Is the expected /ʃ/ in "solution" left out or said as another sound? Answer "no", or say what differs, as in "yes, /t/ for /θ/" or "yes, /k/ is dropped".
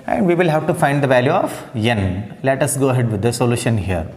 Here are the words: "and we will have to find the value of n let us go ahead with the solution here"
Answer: no